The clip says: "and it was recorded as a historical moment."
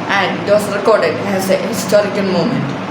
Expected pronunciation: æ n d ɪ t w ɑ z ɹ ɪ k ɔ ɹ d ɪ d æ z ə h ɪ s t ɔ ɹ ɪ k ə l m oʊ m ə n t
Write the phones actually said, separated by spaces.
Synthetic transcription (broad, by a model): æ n d ɪ t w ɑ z ɹ ɪ k ɔ ɹ d ɪ d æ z ə h ɪ s t ɔ ɹ ɪ k ə l m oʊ m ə n t